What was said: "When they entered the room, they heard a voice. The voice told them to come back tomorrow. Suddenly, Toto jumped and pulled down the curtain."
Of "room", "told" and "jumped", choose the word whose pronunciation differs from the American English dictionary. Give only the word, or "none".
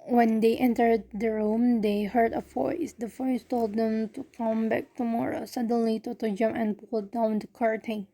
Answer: jumped